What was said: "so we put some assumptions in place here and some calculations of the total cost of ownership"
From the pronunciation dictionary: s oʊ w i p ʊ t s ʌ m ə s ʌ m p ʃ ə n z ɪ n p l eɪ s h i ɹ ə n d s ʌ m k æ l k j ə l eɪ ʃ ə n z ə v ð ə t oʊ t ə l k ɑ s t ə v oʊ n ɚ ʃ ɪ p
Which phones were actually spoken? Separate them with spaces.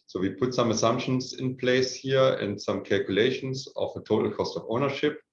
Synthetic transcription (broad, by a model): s oʊ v i p ʊ t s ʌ m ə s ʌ m p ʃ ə n s ɪ n p l eɪ s h i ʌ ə n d s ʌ m k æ l k j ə l eɪ ʃ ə n s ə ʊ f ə t oʊ t l k ɑ s t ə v oʊ n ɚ ʃ ɪ p